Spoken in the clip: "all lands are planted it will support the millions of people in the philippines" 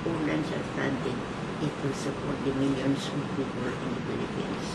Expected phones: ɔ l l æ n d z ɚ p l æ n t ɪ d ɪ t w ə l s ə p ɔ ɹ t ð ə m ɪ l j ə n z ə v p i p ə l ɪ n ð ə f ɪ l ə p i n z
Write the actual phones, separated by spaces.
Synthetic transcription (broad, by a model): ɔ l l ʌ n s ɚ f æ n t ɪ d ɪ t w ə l s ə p ɔ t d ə m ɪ l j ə n s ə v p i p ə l ɪ n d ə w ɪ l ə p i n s